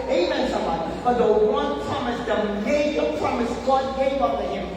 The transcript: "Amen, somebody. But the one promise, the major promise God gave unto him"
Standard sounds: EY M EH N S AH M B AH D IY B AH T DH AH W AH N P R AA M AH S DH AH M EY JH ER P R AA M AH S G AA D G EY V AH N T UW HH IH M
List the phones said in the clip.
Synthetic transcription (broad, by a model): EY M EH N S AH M AH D B AH T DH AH W AH N P R AA M AH S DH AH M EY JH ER P R AA M AH S G AA D G EY V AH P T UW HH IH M